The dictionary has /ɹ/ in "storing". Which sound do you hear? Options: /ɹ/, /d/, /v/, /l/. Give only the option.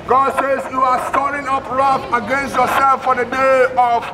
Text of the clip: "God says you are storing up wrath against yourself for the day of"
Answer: /l/